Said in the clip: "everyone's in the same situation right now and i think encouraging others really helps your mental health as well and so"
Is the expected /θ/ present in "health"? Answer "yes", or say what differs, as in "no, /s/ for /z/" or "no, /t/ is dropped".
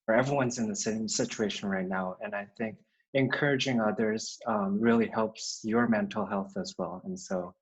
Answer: yes